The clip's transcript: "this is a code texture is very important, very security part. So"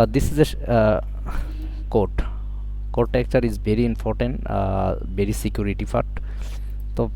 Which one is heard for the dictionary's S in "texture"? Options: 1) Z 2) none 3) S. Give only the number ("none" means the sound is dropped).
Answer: 2